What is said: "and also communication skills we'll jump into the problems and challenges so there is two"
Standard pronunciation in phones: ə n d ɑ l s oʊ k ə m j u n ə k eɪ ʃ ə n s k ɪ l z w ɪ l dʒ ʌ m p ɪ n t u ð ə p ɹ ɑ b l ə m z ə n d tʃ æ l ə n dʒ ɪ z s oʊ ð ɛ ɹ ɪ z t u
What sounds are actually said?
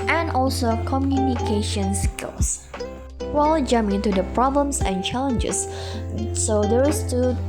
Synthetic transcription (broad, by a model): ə n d ɑ l s oʊ k ə m j u n ə k eɪ ʃ ə n s k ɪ l s w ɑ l dʒ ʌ m ɪ n t u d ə p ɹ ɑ b l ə m s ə n tʃ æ l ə n dʒ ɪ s s oʊ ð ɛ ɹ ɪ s t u